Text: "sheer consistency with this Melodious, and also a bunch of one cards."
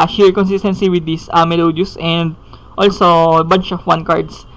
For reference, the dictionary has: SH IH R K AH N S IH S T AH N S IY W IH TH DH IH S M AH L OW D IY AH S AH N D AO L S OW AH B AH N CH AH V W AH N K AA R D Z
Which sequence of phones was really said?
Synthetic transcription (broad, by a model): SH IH R K AH N S IH S T AH N S IY W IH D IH S M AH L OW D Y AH S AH N D AO L S OW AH B AH N CH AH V W AH N K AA R D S